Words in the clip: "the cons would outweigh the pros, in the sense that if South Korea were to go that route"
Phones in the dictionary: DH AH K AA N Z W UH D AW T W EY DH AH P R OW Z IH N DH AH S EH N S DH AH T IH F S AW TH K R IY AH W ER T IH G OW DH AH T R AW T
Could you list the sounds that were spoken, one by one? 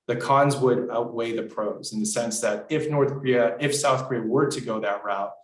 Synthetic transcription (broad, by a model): DH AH K AA N Z W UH D AW T W EY DH AH P R OW Z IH N DH AH S EH N S DH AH T IH F S AW TH K R IY AH W ER T IH G OW DH AH T R AW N